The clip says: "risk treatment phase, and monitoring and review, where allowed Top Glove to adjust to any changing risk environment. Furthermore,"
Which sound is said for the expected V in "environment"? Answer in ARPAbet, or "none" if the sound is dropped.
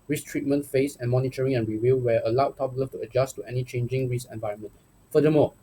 V